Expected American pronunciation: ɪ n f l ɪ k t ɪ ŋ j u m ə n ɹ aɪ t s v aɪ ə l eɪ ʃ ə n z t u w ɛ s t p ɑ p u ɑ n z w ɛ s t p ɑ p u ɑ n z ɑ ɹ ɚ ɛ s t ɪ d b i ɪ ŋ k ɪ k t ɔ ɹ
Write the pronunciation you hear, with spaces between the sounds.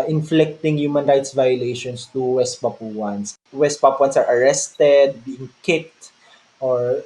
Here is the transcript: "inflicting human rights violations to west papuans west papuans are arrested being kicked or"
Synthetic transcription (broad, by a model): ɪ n f l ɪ k t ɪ ŋ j u m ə n ɹ aɪ t s v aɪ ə l eɪ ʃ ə n s t u w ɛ s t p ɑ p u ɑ n s w ɛ s t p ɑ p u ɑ n s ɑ ɹ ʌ ɛ s t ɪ d b i ɪ ŋ k ɪ k t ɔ ɹ